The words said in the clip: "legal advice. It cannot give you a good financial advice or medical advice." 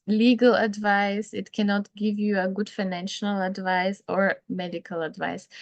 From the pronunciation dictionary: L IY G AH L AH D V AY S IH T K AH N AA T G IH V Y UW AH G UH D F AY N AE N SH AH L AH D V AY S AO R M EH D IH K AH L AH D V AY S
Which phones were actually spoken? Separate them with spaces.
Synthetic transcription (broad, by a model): L IY G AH L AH D V AY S IH T K AH N AA T G IH V Y UW AH G UH D F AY N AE N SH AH L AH D V AY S AO R M EH D IH K AH L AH D V AY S